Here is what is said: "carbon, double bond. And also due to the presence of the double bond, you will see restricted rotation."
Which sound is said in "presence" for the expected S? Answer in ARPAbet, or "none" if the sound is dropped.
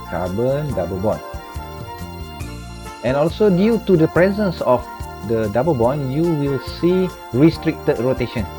S